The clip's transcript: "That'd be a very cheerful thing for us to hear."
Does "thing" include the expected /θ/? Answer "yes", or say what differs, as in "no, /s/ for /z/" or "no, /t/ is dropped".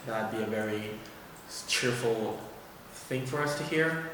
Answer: yes